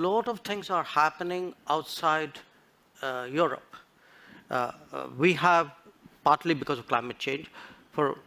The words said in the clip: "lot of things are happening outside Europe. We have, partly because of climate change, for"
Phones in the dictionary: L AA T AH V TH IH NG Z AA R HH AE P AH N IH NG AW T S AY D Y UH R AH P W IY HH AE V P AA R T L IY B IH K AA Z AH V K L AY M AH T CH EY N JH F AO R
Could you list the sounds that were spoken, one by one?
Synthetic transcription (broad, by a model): L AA T AH V T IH NG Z AA R HH AE P AH N IH NG AW T S AY D Y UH R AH P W IY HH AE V P AA R T L IY B IH K AA Z AH V K L AY M AH T CH EY N JH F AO R